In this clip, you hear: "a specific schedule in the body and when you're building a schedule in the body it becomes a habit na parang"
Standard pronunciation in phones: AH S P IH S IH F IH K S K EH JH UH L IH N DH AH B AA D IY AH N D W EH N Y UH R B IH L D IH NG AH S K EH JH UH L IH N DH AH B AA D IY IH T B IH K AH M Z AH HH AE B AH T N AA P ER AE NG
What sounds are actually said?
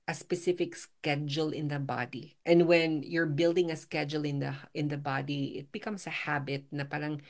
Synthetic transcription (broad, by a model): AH S P IH S IH F IH K S K EH JH UH L IH N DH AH B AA D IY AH N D W EH N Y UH R B IH L D IH NG AH S K EH JH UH L IH N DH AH B AA D IY IH T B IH K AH M S AH HH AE B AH T N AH P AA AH NG